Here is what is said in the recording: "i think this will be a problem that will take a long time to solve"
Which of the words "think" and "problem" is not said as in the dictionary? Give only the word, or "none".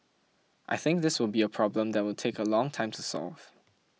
none